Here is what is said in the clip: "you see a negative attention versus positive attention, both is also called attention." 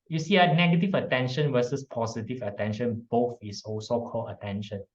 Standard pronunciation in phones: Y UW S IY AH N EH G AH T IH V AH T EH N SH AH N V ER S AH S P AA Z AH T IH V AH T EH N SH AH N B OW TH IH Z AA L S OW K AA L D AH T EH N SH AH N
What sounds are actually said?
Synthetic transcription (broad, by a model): Y UW S IY AH N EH G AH T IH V AH T EH N SH AH N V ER S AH S P AA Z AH T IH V AH T EH N SH AH N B OW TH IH S AA L S OW K AA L AH T EH N SH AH N